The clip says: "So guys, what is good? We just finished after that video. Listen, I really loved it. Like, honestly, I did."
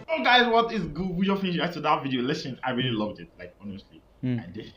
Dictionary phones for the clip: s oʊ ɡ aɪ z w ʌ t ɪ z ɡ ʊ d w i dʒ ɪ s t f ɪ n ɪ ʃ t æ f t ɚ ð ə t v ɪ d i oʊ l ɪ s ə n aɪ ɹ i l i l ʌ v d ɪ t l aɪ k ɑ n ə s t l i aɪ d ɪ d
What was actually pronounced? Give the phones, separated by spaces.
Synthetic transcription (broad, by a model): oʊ ɡ aɪ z w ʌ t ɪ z ɡ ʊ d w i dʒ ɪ f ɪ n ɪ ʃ æ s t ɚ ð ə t v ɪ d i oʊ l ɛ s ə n aɪ ɹ i l i l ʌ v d ɪ t l aɪ k ɑ n ə s t l i aɪ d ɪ